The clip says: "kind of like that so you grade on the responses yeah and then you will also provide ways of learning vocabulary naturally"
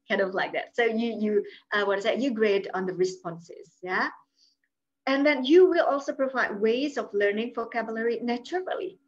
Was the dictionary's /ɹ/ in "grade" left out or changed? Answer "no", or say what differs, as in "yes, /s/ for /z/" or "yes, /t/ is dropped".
no